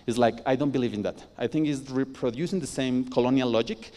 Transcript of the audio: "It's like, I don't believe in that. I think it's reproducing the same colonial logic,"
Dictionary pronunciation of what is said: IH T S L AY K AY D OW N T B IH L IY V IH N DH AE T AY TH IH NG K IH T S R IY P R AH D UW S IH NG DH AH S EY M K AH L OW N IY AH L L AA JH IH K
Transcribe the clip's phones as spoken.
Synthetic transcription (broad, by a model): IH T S L AY K AY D OW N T B IH L IY V IH N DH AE T AY TH IH NG K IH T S R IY P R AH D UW S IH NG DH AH S EY M K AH L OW N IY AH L L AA JH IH K